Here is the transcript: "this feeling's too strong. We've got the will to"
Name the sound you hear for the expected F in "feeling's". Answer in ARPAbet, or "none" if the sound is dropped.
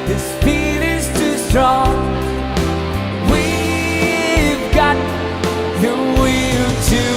P